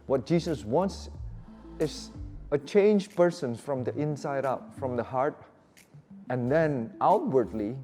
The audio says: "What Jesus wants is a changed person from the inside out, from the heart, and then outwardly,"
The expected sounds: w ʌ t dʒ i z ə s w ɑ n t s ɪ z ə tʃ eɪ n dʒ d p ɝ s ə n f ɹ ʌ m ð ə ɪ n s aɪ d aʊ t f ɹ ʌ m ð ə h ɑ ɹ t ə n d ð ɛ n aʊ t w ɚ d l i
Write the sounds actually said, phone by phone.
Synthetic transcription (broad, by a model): w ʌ t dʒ i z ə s w ɑ n t s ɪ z ə tʃ eɪ n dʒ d p ɝ s ə n f ɹ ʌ m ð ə ɪ n s aɪ d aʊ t f ɹ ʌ m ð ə h ɑ ɹ t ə n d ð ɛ n aʊ t w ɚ d l i